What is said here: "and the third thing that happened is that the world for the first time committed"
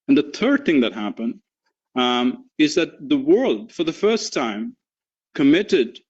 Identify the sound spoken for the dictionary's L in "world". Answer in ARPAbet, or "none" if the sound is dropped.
L